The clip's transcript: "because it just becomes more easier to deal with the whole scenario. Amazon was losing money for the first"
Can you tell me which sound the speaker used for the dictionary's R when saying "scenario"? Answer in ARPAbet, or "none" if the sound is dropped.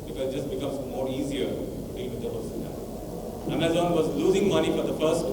none